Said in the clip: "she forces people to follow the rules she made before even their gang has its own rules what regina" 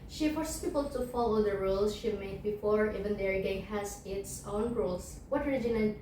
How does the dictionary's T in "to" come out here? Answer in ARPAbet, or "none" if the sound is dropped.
T